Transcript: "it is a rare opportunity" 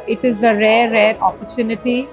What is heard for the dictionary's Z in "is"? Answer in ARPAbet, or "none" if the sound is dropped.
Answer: Z